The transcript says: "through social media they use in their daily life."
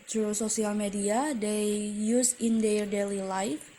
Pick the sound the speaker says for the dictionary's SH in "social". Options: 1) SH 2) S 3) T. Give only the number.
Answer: 2